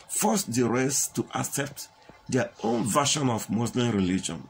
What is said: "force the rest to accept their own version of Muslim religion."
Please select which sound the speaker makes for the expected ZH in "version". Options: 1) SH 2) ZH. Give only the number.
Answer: 1